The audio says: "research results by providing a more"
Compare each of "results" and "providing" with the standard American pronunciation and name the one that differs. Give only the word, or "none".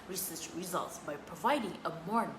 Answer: none